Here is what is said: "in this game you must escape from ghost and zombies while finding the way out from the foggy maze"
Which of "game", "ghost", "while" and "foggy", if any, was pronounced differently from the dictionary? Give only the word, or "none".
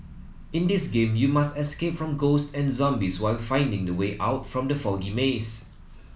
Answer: none